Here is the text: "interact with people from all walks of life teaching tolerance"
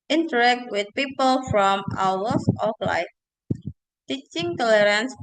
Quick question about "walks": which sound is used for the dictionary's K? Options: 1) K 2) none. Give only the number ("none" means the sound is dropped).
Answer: 2